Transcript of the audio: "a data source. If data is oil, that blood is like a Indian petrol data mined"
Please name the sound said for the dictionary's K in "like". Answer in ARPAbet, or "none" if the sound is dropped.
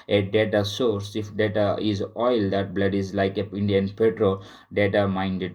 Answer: K